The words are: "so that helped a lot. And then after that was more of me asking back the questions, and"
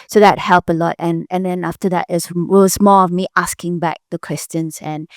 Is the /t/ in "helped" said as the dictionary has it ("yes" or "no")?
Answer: no